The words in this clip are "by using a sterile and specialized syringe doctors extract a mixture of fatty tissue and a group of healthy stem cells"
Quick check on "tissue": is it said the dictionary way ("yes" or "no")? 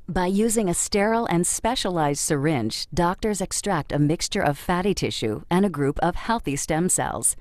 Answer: yes